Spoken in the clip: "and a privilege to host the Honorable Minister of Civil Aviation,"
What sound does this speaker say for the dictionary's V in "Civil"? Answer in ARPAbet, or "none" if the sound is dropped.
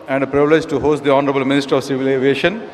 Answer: V